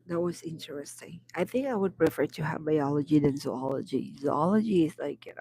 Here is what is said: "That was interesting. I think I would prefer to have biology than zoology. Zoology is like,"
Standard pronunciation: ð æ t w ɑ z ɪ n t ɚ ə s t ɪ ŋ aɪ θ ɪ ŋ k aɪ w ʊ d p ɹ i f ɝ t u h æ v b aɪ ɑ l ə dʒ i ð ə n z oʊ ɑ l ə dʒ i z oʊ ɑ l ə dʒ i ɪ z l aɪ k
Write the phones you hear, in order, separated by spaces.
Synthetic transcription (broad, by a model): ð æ t w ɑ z ɪ n t ɚ ə s t ɪ ŋ aɪ θ ɪ ŋ k aɪ w ʊ d p ɹ i f ɝ t u h æ v b aɪ ɑ l ə dʒ i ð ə n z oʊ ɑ l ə dʒ i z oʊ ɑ l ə dʒ i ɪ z l aɪ k